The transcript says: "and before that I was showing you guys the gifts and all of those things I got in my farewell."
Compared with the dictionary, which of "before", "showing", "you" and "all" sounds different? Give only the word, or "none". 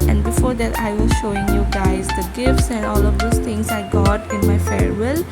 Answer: none